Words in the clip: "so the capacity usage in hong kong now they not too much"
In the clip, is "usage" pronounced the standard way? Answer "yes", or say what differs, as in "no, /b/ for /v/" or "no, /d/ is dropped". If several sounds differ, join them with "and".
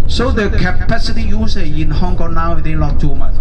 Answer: no, /dʒ/ is dropped